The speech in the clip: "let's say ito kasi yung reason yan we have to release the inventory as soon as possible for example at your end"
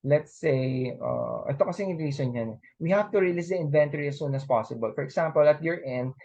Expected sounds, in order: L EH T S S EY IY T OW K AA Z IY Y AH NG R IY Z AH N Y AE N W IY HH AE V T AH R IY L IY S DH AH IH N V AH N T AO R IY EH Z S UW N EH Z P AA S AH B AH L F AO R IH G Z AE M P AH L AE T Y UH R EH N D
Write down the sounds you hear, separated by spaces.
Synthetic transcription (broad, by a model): L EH T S S EY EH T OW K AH S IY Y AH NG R IY S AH N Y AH N W IY HH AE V T AH R IY L IY S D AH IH N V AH N T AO R IY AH S UW N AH S P AA S AH B AH L F AO R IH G S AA M P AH L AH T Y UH R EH N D